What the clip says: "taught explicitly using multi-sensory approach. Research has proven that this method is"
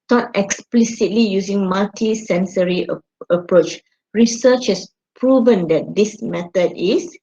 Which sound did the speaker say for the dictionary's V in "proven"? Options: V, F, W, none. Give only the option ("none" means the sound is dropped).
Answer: V